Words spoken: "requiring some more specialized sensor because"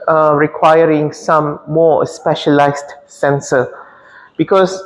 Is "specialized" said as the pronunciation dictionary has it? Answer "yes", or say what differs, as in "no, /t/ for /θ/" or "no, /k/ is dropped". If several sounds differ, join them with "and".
no, /s/ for /z/